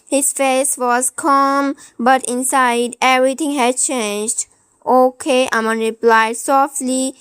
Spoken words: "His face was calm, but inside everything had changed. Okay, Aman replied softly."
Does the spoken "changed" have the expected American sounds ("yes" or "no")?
yes